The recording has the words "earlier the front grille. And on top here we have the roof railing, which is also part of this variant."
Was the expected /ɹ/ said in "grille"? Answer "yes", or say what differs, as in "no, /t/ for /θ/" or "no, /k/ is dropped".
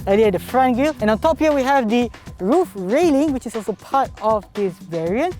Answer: no, /ɹ/ is dropped